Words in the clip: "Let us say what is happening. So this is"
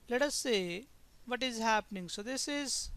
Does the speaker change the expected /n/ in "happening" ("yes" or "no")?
no